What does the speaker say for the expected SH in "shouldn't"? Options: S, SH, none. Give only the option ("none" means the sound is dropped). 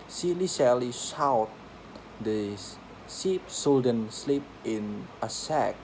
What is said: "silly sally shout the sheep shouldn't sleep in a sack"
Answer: S